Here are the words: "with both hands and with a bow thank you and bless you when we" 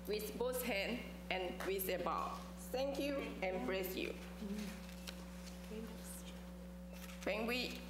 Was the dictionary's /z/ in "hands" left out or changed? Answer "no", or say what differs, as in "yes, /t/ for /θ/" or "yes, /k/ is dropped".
yes, /z/ is dropped